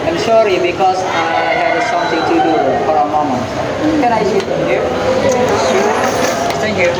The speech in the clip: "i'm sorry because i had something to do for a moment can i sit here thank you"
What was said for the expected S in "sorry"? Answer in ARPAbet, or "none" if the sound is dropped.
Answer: SH